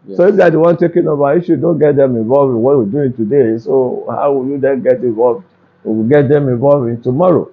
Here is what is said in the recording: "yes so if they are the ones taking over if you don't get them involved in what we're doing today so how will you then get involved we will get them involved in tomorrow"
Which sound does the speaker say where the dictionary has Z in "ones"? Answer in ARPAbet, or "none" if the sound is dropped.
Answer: none